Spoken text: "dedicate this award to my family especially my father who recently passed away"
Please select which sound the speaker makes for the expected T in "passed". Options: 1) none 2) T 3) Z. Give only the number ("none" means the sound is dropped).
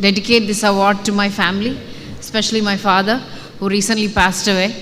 2